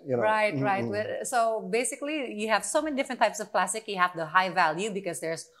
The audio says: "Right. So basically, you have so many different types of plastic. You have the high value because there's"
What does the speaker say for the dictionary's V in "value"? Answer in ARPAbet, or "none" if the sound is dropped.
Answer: V